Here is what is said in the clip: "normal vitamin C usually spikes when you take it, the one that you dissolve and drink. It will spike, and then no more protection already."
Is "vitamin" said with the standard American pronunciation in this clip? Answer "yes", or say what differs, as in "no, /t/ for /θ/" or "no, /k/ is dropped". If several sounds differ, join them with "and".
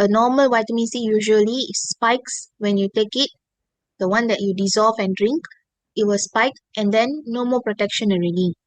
no, /w/ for /v/